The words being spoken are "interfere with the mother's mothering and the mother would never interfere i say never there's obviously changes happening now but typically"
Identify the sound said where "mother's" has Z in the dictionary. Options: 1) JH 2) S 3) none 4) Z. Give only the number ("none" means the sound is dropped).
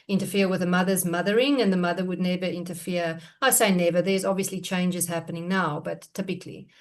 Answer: 4